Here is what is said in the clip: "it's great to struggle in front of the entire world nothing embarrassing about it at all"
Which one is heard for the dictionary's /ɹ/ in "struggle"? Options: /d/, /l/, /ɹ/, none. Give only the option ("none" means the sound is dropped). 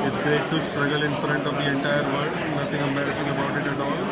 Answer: /ɹ/